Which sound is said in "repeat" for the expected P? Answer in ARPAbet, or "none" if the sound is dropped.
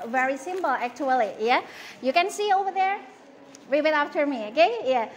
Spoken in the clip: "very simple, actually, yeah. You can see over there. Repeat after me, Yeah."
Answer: B